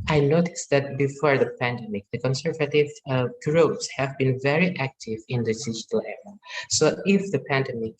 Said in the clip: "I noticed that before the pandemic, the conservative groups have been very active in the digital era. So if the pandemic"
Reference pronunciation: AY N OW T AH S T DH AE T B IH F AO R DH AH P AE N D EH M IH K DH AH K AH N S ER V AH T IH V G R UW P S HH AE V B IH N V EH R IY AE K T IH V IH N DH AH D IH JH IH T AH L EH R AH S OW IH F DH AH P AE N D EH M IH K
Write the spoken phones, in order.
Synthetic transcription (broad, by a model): AY N OW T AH S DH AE T B IH F AO R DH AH P AE N D EH M IH K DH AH K AH N S ER V AH T IH V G R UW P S HH AE V B IH N V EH R IY AE K T IH V IH N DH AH D IH JH IH T AH L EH R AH S OW IH F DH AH P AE N D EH M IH K